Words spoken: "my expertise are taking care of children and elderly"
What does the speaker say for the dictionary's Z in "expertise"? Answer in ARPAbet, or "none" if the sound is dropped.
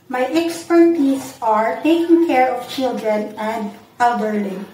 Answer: S